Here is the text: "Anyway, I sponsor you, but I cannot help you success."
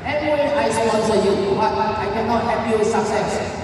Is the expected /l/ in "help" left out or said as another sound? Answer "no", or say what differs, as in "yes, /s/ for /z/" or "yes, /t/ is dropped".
yes, /l/ is dropped